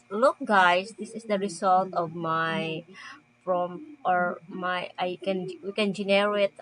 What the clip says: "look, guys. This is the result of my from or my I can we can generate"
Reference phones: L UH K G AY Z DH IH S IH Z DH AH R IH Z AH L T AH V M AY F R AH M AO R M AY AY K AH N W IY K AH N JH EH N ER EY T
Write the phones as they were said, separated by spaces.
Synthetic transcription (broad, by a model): L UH K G AY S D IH S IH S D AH R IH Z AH L T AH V M AY P R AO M AO R M AY AY K AH N W IY K AH N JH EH N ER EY T